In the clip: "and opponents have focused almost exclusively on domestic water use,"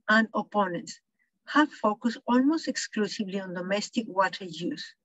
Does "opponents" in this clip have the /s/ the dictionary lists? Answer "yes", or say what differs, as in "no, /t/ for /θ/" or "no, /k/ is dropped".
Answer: yes